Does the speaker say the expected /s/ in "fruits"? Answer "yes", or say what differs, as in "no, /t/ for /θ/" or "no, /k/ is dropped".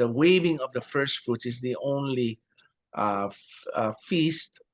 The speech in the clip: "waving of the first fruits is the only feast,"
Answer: no, /s/ is dropped